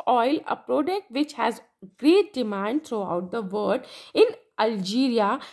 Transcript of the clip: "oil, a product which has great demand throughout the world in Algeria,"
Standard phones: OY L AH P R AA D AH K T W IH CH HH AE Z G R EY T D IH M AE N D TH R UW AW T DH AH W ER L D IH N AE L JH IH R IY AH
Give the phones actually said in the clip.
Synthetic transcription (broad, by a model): OY L AH P R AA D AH K T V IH CH HH AE Z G R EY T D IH M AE N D T R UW AW T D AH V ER D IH N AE L JH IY R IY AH